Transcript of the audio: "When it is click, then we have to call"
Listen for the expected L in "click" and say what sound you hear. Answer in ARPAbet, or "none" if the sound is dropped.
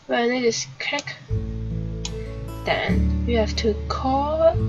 none